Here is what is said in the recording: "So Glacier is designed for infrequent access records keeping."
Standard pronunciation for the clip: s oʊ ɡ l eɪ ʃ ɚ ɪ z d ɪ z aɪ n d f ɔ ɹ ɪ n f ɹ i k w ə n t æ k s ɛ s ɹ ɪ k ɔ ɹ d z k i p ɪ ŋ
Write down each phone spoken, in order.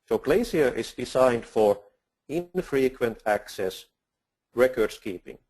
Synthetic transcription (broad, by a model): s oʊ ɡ l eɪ s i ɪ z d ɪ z aɪ n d f ɔ ɹ ɪ n f ɹ i k w ə n t æ k s ɛ s ɹ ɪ k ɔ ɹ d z k i p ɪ ŋ